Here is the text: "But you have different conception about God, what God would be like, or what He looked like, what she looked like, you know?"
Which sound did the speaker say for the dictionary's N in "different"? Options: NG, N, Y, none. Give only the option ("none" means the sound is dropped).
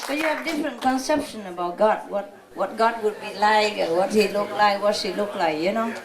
N